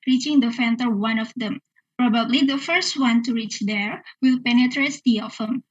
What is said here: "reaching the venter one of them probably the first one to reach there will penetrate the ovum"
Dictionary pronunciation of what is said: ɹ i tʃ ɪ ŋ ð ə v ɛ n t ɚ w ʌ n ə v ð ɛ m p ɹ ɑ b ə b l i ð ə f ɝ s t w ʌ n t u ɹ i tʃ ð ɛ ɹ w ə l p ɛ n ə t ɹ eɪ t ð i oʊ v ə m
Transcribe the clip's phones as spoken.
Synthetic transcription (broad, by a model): ɹ i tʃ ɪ ŋ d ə f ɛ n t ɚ w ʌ n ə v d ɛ m p ɹ ɑ b ə b l i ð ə f ɝ s t w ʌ n t u ɹ i tʃ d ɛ ɹ w ə l p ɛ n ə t ɹ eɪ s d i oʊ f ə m